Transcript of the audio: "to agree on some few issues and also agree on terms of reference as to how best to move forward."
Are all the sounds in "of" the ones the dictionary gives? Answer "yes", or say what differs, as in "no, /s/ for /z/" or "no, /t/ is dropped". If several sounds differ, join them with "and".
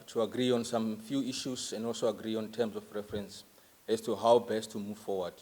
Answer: no, /f/ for /v/